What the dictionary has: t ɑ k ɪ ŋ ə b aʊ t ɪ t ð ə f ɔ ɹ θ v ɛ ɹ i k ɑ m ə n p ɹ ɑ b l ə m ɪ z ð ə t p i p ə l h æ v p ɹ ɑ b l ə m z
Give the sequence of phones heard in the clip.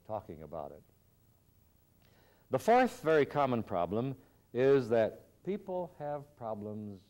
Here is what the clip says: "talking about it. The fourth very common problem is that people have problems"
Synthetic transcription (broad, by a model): t ɑ k ɪ ŋ ə b aʊ t ɪ t ð ə f ɔ ɹ θ v ɛ ɹ i k ɑ m ə n p ɹ ɑ b l ə m ɪ z ð ə t p i p l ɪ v p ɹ ɑ b l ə m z